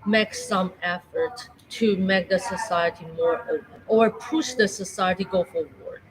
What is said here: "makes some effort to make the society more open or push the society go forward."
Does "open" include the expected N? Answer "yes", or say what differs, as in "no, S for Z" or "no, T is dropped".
no, N is dropped